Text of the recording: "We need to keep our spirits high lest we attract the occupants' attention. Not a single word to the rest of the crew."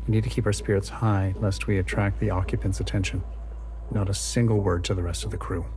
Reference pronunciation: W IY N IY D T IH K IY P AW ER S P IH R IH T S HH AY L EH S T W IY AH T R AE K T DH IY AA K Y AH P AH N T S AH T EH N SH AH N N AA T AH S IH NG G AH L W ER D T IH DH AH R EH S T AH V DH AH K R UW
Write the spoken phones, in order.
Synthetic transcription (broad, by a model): W IY N IY D T IH K IY P AW ER S P IH R IH T S HH AY L EH S T W IY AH T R AE K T DH IY AA K Y AH P AH N T S AH T EH N SH AH N N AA T AH S IH NG G L W ER D T IH DH AH R EH S T AH V DH AH K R UW